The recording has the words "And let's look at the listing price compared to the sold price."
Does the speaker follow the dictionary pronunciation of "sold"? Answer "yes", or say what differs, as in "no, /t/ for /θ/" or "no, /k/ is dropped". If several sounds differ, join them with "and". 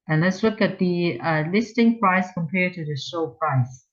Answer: no, /ʃ/ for /s/